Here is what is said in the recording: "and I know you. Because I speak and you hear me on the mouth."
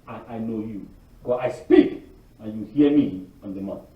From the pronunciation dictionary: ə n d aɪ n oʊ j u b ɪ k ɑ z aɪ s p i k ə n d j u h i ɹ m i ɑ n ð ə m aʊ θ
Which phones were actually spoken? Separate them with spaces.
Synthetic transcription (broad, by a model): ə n aɪ n oʊ j u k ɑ aɪ s p i k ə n j u h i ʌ m i ɑ n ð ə m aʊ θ